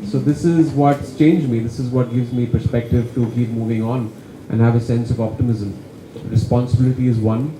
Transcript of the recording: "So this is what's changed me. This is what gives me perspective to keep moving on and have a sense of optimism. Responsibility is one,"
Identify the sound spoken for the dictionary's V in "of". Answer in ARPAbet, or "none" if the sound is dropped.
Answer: V